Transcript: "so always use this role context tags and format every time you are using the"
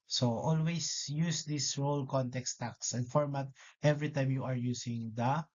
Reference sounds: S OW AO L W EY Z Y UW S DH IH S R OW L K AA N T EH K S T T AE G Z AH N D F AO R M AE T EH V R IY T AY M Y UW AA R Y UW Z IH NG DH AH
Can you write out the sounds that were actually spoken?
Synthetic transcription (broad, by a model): S OW AO L W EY S Y UW S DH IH S R OW L K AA N T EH K S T T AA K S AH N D F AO R M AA T EH V R IY T AY M Y UW AA R Y UW S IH NG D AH